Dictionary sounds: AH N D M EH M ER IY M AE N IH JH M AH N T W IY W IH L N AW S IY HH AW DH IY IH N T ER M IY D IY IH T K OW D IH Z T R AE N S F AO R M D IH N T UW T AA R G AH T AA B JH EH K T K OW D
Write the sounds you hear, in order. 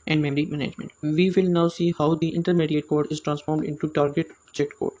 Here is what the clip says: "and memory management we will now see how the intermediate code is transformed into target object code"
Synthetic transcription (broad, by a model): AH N D M EH M ER IY M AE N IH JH M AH N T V IY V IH L N AW S IY HH AW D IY IH N T ER M IY D IY IH T K OW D IH Z T R AE N S F AO R M D IH N T UW T AA R G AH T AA JH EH K T K OW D